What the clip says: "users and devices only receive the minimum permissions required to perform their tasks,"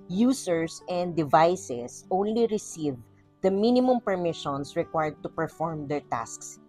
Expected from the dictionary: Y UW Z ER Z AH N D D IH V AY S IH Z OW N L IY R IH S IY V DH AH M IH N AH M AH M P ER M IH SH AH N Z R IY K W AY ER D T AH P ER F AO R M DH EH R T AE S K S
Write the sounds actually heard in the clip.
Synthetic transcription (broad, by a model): Y UW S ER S AH N D D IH V AY S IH S OW N L IY R IH S IY V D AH M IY N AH M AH M P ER M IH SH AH N S R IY K W AY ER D T AH P ER F AO R M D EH R T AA S K S